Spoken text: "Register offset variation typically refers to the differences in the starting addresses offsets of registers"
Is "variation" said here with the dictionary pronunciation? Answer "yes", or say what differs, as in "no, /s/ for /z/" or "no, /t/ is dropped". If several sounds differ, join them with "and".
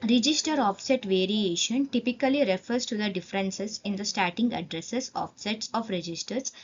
yes